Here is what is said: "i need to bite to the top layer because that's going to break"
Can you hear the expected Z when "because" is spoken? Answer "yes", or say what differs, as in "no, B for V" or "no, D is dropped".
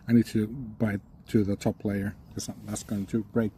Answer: no, S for Z